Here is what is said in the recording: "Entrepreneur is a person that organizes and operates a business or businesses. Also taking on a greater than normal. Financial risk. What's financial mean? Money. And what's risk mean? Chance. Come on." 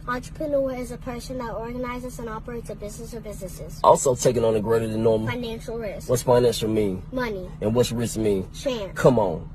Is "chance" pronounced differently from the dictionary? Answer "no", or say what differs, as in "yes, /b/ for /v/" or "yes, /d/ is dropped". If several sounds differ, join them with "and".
yes, /s/ is dropped